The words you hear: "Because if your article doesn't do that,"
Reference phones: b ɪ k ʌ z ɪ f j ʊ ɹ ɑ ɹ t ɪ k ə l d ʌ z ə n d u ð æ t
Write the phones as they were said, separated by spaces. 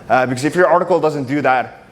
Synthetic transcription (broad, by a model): b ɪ k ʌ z ɪ f j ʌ ɹ ɑ ɹ t ɪ k ə l d ʌ z ə n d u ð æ t